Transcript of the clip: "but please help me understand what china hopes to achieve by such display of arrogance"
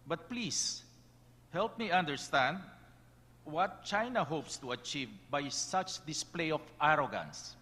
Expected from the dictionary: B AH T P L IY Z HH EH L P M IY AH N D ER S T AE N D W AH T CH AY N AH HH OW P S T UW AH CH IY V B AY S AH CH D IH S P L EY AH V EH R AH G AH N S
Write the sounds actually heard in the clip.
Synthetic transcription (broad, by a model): B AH T P L IY S HH EH L P M IY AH N D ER S T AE N D W AH T CH AY N AH HH OW P S T UW AH CH IY V B AY S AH CH D IH S P L EY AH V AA R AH G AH N S